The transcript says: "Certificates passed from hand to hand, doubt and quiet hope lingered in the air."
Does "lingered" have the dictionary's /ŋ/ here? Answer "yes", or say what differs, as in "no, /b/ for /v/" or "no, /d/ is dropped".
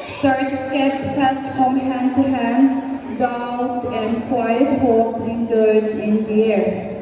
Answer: no, /ŋ/ is dropped